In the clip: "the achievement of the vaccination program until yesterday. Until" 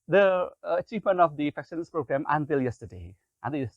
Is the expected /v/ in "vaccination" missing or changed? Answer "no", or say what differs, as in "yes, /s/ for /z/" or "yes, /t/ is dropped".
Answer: yes, /f/ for /v/